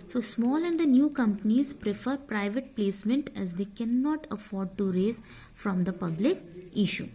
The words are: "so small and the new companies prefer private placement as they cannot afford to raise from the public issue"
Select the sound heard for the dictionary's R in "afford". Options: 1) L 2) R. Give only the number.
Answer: 2